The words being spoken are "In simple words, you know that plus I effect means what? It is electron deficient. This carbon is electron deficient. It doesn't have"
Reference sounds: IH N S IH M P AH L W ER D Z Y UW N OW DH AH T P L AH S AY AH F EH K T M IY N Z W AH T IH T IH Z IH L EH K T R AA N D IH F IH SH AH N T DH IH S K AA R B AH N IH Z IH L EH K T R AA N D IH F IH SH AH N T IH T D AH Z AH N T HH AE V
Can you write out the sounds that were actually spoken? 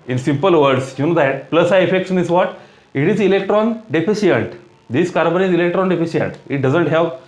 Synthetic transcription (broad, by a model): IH N S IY M P AH L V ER D S Y UW N OW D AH T P L AH S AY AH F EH K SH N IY Z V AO T IH T IH Z IH L EH K T R AA N D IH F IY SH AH N T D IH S K AA R B AH N IH Z IH L EH K T R AA N D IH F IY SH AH N T IH T D AH Z AH N T HH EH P